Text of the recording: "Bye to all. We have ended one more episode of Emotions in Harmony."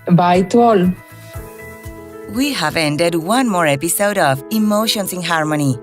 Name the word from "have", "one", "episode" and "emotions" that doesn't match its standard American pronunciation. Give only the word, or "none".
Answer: emotions